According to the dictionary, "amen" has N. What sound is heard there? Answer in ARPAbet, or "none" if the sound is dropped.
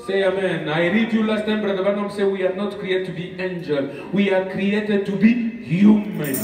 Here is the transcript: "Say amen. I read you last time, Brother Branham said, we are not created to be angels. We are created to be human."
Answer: N